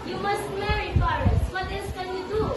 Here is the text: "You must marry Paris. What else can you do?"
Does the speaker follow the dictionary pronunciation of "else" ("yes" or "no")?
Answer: no